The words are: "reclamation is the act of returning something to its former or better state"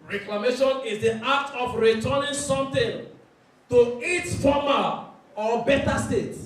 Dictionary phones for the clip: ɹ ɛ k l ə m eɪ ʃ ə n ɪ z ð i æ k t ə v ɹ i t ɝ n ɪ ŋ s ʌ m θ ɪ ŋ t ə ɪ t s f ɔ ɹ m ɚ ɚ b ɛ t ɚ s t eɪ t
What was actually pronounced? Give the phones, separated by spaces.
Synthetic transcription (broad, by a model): ɹ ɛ k l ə m eɪ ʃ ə n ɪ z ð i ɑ t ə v ɹ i t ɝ n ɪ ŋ s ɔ m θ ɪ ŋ t ə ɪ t f ɔ m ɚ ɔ b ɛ t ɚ s t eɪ t